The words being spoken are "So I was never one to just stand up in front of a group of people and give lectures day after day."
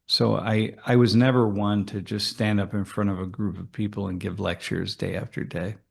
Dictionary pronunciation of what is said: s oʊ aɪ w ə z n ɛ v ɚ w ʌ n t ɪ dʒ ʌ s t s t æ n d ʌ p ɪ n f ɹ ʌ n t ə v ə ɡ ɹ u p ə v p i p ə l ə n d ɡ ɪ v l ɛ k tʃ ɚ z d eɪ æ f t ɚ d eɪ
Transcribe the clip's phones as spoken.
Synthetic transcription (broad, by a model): s oʊ aɪ w ə z n ɛ v ɚ w ʌ n t ɪ dʒ ʌ s t s t æ n d ʌ p ɪ n f ɹ ʌ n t ə v ə ɡ ɹ u p ə v p i p l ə n ɡ ɪ v l ɛ k tʃ ɚ z d eɪ æ f t ɚ d eɪ